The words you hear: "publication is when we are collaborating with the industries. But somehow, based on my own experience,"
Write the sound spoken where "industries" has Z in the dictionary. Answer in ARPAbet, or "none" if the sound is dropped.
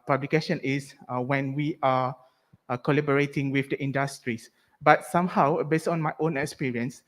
S